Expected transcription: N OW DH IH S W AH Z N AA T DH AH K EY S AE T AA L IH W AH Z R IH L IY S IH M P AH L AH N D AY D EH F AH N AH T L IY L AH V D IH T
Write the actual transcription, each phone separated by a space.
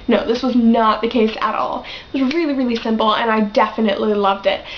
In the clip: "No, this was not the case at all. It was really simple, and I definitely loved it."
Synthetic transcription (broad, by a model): N OW DH IH S W AH Z N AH T DH AH K EY S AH T AA L IH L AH R IH L IY S IH M P L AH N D AY D EH F AH N AH T L IY L AH V D IH T